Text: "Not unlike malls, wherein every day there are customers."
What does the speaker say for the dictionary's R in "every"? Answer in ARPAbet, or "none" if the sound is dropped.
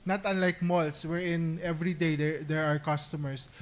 R